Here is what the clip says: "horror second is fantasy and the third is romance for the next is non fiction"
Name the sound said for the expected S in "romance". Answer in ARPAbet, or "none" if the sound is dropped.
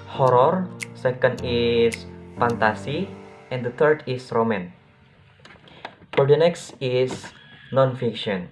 none